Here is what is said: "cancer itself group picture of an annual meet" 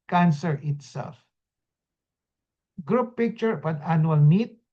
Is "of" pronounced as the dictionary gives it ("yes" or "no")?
no